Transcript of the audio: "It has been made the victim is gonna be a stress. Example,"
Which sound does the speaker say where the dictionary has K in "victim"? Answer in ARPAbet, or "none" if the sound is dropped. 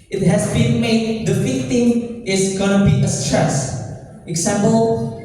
none